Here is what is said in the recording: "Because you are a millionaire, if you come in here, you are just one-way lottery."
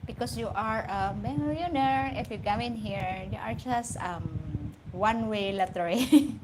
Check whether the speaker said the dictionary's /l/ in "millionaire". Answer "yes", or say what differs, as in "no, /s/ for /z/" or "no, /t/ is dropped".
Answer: no, /l/ is dropped